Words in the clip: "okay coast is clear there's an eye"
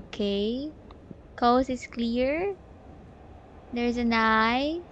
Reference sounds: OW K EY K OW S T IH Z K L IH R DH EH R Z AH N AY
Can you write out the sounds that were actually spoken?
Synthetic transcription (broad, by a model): K EY K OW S IH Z K L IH R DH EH R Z AH N AY